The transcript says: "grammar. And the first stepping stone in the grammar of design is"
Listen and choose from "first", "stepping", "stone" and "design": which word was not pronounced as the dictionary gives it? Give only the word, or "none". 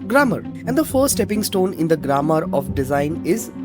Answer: first